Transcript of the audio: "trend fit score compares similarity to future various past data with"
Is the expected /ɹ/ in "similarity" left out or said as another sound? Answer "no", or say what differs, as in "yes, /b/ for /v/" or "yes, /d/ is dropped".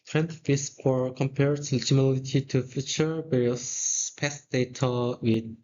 yes, /l/ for /ɹ/